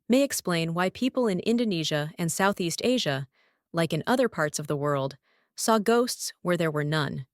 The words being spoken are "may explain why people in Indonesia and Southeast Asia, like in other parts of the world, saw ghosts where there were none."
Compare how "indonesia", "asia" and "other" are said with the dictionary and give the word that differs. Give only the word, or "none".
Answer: none